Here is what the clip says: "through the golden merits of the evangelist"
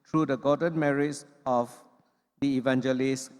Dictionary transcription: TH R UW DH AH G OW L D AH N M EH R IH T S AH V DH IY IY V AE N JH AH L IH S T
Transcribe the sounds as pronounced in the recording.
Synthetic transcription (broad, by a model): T R UW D AH G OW D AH N M EH R IH T S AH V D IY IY V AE N JH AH L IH S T